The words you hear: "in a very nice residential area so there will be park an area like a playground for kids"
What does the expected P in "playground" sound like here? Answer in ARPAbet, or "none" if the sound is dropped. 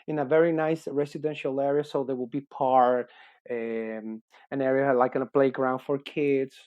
B